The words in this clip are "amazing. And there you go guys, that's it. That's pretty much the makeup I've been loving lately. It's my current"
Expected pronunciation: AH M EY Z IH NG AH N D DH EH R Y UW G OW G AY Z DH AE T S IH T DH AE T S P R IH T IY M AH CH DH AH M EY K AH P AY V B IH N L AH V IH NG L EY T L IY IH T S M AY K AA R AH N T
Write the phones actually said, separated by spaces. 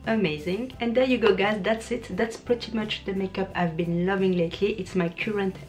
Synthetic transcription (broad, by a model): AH M EY Z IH NG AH N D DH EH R Y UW G OW G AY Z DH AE T S IH T DH AE T S P R IH T IY M AH CH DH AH M EY K AH P AY V B IH N L AH V IH NG L EY T L IY IH T S M AY K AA R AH N T